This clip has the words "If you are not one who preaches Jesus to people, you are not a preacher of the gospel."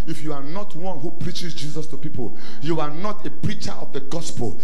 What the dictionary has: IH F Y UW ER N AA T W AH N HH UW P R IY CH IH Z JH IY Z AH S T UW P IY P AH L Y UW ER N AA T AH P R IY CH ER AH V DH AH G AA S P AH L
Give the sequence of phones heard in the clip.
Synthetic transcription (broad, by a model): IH F Y UW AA N AA T W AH N HH UW P R IY CH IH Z JH IY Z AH S T UW P IY P AH L Y UW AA N AA T AH P R IY CH ER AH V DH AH G AA S P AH L